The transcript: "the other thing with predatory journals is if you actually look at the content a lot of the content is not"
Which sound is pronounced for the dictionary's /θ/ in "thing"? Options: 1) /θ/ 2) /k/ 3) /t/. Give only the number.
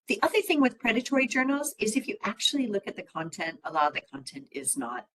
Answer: 1